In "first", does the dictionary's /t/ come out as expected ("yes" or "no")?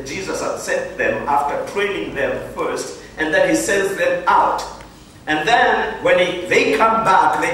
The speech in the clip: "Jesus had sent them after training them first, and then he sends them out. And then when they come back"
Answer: yes